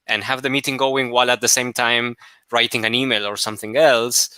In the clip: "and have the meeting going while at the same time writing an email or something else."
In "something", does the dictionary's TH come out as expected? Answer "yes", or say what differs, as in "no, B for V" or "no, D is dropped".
yes